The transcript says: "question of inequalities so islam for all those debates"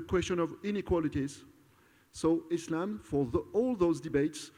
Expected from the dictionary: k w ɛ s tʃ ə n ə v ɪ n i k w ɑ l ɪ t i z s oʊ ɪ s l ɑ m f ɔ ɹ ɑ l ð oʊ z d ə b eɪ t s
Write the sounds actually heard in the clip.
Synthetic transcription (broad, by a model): k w ɛ s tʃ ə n ə v ɪ n i k w ɑ l ɪ t i z s oʊ ɪ s l ɑ m f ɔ ɹ ɑ l ð oʊ z d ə b eɪ t s